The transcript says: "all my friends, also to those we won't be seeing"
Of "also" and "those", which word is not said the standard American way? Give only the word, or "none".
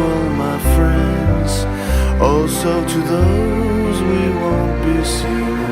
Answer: none